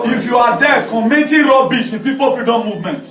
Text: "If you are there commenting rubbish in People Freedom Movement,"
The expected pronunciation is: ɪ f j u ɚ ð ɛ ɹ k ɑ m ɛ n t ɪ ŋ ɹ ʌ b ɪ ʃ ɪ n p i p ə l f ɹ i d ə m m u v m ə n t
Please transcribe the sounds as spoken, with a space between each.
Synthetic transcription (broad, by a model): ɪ f j u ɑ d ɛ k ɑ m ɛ t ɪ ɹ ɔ b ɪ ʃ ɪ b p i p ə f i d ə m m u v m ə n t